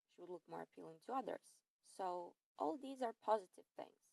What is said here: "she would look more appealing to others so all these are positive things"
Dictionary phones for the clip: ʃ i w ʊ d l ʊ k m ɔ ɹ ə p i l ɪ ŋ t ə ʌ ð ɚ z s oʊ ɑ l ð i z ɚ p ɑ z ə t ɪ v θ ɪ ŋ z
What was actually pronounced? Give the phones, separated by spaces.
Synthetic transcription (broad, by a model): ʃ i w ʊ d l ʊ k m ɔ ɹ ə p i l ɪ ŋ t ə ʌ ð ɚ z s oʊ ɑ l ð i z ɚ p ɑ z ə t ɪ v θ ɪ ŋ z